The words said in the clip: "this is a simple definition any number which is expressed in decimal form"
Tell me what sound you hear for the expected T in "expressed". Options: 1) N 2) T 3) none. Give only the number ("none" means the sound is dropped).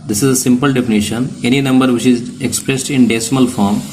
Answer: 2